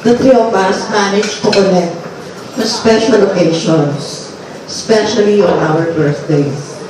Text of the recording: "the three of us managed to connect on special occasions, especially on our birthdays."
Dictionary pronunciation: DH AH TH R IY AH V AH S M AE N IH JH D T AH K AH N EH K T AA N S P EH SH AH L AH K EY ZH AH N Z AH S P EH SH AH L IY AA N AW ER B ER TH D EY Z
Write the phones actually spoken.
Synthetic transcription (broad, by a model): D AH T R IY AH B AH S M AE N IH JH T AH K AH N EH K T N S P EH SH AH L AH K EY SH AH N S S P EH SH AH L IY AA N AW ER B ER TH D EY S